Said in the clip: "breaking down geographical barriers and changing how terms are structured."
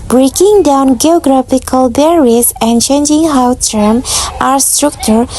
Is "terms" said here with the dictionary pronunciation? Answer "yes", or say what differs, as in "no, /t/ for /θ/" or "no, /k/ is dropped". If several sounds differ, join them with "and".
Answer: no, /z/ is dropped